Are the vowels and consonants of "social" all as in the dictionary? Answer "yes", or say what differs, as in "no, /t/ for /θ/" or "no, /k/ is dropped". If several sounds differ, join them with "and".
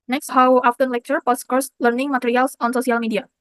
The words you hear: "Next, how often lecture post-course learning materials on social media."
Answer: no, /s/ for /ʃ/